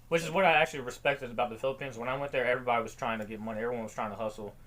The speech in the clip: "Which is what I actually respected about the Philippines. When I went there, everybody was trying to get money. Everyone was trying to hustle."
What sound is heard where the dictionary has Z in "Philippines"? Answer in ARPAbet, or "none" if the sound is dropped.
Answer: Z